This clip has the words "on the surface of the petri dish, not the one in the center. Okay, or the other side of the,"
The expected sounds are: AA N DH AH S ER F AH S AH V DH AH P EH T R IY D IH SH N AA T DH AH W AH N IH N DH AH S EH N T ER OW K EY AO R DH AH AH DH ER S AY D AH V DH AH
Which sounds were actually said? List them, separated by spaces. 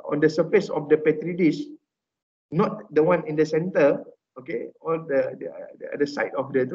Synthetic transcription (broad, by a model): AA N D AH S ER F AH S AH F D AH P EH T R IY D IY S N AA T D AH W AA N IH N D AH S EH N T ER OW K EY AO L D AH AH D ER S AY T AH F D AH